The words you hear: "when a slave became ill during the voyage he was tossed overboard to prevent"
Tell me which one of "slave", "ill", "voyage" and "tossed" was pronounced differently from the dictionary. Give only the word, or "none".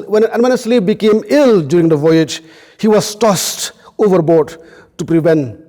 slave